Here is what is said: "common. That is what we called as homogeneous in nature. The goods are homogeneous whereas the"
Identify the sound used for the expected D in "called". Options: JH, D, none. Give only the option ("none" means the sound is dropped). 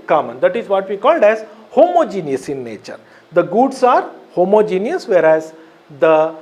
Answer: D